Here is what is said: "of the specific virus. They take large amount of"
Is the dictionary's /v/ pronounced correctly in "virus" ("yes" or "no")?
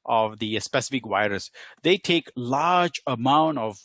no